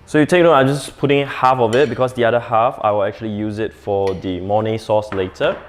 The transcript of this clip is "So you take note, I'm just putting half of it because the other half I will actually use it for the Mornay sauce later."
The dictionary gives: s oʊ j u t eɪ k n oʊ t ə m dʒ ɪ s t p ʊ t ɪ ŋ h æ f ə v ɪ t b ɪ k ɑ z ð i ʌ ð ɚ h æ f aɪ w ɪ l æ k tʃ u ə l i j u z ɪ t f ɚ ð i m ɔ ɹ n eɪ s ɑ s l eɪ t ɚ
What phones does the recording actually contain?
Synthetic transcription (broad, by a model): s oʊ j u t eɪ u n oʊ ə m dʒ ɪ s p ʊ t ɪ ŋ h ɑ f ə v ɪ t b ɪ k ɑ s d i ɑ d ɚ h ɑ f aɪ w ɪ l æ k tʃ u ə l i j u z ɪ t f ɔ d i m ɔ n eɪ s ɑ s l eɪ t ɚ